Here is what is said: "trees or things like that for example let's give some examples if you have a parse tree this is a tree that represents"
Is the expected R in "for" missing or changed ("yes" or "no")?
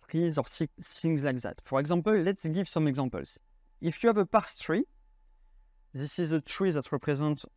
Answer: no